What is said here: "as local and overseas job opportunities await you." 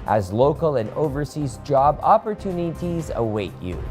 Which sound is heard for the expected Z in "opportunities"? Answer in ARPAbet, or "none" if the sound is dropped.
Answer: Z